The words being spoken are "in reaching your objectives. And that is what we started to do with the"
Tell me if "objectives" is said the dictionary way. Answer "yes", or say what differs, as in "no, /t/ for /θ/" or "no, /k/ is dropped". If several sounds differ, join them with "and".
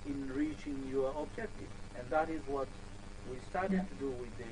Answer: no, /z/ is dropped